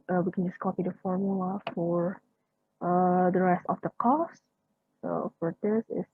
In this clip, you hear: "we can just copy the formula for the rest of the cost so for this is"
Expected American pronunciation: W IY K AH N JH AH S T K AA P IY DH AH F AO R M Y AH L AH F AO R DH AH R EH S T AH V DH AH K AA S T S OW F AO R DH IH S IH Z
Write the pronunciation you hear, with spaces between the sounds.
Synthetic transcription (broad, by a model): W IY K AH N JH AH S K AA P IY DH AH F AO R M Y AH L AH F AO R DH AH R EH S T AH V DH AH K AA S T S OW F AO R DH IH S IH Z